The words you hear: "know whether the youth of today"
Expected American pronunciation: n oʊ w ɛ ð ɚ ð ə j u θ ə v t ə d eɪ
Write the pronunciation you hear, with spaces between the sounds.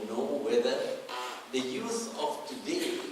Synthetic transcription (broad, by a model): n oʊ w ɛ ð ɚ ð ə j u s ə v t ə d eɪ